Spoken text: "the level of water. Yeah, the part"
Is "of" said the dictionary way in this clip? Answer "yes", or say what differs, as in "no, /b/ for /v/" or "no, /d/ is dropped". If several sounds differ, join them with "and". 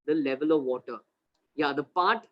yes